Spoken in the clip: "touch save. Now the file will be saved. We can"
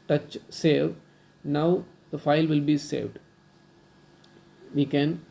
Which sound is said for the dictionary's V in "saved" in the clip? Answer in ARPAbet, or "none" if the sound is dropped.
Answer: V